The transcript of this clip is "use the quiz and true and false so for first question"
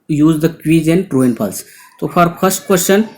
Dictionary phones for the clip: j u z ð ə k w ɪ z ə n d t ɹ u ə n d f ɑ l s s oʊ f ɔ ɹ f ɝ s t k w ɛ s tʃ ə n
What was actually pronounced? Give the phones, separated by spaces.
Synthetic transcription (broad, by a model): j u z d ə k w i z ə n d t ɹ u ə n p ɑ l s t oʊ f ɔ ɹ p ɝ s t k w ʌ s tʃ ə n